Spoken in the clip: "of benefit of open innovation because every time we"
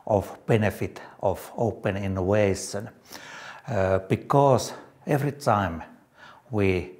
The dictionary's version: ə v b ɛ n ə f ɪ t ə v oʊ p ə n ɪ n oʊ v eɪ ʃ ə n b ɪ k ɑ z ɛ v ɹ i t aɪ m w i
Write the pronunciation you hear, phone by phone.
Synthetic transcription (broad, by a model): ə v b ɛ n ə f ɪ t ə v oʊ p ə n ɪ n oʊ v eɪ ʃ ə n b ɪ k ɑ s ɛ v ɹ i t aɪ m w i